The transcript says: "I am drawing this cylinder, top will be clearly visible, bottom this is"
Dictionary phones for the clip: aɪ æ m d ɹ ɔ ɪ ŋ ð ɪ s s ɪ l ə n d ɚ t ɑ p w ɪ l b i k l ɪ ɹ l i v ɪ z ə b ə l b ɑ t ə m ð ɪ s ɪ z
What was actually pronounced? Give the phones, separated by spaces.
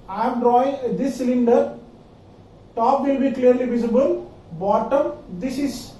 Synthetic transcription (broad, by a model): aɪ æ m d ɹ ɔ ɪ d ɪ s s ɪ l ə n d ɚ t ɑ p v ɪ l b i k l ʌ ɹ l i v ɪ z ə b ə l b ɑ t ə m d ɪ s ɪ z